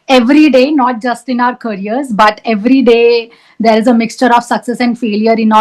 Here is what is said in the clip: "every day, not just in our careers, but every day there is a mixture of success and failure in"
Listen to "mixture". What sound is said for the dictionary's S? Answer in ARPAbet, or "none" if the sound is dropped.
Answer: S